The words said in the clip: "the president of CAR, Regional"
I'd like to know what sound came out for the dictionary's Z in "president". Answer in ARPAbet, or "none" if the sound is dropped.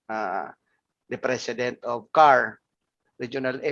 S